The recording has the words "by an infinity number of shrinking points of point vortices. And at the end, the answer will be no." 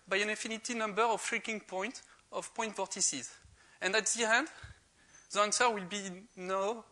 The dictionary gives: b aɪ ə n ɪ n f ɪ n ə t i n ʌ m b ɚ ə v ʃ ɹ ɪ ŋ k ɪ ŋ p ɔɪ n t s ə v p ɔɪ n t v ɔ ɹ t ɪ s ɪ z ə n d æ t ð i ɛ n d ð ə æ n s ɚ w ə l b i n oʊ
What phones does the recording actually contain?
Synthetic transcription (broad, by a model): b aɪ ə n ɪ f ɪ n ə t i n ʌ m b ɚ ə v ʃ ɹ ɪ k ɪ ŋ p ɔɪ n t ə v p ɔɪ n t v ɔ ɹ t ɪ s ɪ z ə n d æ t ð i ɛ n d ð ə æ n s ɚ w ə l b i n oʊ